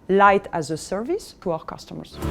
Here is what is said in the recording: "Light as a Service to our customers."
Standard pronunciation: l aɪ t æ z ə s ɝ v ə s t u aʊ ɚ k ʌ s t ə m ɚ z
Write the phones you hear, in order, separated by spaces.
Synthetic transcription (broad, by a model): l aɪ t æ z ə s ɝ v ə s t u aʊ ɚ k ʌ s t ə m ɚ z